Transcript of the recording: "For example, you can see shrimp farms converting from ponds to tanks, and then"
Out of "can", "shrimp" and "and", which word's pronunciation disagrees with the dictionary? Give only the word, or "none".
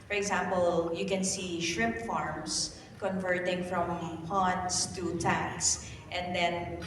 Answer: shrimp